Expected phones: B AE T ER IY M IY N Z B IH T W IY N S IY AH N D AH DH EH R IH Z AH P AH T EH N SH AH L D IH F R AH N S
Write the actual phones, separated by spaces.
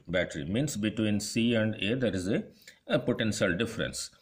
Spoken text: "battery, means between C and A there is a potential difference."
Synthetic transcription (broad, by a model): B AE T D IY M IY N S B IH T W IY N S IY AH N D AH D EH R IH Z AH P AH T EH N SH AH L D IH F R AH N S